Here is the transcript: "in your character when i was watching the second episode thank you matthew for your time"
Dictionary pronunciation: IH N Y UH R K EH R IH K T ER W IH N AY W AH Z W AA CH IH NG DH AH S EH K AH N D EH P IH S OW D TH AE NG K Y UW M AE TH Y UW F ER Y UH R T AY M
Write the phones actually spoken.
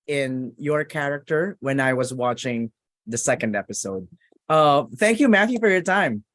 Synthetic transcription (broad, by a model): IH N Y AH R K EH R IH K T ER W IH N AY W AH Z W AA CH IH NG DH AH S EH K AH N D EH P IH S OW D TH AE NG K Y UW M AE TH Y UW F ER Y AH R T AY M